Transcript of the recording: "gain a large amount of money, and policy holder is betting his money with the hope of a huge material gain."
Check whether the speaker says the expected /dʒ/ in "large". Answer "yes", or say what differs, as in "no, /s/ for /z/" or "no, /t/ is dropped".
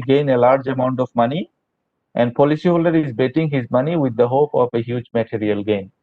yes